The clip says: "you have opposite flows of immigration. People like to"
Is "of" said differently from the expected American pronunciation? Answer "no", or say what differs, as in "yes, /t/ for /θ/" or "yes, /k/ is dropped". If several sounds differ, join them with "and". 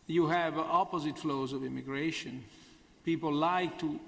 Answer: no